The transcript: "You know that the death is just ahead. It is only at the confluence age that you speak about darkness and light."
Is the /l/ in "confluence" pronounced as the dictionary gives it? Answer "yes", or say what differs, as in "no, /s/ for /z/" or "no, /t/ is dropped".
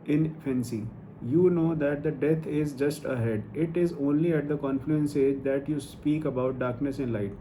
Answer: yes